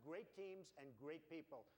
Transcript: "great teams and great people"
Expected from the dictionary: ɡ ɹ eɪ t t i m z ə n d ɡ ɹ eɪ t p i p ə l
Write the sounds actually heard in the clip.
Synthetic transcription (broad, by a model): ɡ ɹ eɪ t t i m z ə n ɡ ɹ eɪ t p i p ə l